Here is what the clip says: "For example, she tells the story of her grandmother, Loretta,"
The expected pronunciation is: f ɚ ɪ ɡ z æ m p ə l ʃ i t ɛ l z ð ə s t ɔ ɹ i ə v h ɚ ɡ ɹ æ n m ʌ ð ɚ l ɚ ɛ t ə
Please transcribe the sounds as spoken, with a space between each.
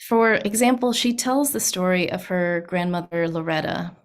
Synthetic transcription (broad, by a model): f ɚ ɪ ɡ z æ m p l ʃ i t ɛ l z ð ə s t ɔ ɹ i ə v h ɚ ɡ ɹ æ n m ʌ ð ɚ l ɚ ɛ t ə